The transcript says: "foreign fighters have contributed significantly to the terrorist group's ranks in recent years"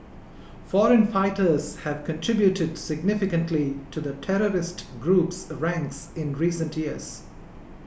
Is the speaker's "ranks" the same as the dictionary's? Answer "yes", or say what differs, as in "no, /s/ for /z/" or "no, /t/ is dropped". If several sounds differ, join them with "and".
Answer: yes